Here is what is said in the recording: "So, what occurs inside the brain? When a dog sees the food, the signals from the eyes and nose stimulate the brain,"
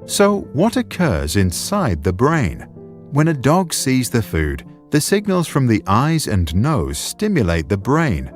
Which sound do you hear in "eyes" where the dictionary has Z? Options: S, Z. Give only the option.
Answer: Z